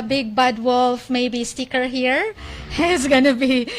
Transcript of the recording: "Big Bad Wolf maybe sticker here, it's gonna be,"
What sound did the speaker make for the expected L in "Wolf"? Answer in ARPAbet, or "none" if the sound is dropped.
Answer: L